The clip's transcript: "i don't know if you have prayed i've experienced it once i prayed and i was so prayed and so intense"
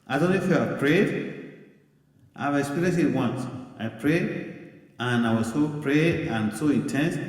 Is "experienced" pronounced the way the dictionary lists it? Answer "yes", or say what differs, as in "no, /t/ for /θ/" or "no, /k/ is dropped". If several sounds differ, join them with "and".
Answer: no, /t/ is dropped